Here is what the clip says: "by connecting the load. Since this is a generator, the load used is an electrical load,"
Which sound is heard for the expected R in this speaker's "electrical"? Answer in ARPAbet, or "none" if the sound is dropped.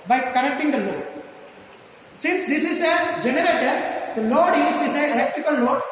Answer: none